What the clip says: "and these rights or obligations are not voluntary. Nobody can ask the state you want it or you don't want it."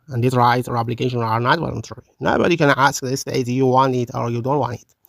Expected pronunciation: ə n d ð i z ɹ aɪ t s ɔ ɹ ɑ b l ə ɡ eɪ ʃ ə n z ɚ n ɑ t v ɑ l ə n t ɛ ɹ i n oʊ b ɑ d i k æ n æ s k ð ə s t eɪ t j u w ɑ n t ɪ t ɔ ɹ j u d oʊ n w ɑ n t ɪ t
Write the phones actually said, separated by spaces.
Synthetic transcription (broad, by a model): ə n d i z ɹ aɪ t ɔ ɹ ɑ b l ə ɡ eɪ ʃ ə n ɚ n ɑ t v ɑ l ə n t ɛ ɹ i n oʊ b ɑ d i k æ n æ s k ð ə s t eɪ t j u w ɑ n t ɪ t ɔ ɹ j u d oʊ n w ɑ n t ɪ t